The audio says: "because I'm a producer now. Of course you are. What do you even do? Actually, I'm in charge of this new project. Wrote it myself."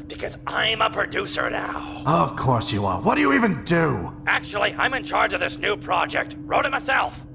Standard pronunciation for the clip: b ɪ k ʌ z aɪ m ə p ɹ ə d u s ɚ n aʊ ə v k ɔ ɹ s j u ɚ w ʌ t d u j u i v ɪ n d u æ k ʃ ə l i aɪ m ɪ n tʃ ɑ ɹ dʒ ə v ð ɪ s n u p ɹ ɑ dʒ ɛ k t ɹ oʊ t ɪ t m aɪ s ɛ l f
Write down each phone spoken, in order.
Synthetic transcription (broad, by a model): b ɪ k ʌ z aɪ m ə p ɹ ə d u s ɚ n aʊ ə v k ɔ ɹ s j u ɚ w ʌ t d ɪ j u i v ɪ n d u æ k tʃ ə l i aɪ m ɪ n tʃ ɑ ɹ dʒ ə v ð ɪ s n u p ɹ ɑ dʒ ɛ k t ɹ oʊ t ɪ t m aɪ s ɛ l f